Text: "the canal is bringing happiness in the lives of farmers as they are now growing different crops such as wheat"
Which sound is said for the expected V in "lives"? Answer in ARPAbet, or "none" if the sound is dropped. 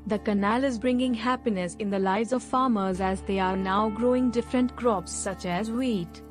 none